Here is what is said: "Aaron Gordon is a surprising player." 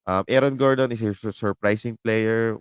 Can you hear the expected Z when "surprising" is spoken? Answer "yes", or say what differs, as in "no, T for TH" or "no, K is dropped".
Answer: no, S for Z